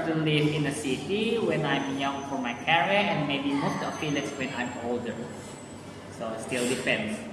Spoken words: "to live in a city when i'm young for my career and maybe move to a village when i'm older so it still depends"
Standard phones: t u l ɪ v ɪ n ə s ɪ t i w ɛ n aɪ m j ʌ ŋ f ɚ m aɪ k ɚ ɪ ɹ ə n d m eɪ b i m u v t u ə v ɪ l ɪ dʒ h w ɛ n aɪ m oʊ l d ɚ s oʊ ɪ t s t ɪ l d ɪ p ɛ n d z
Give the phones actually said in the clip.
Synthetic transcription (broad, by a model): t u l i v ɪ n ə s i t i w ɛ n aɪ m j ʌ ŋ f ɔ m aɪ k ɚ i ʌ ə n m eɪ b i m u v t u ə p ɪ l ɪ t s w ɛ n aɪ m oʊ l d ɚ s oʊ ɪ t s t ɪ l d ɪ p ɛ n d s